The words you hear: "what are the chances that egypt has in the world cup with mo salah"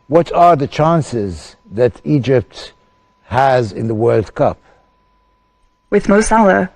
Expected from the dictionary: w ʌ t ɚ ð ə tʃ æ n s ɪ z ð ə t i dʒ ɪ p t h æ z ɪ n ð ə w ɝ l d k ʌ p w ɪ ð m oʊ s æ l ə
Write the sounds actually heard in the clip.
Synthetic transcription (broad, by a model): w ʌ t ɚ ð ə tʃ æ n s ɪ z ð ə t i dʒ ɪ p t h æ z ɪ n ð ə w ɝ l d k ʌ p w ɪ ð m oʊ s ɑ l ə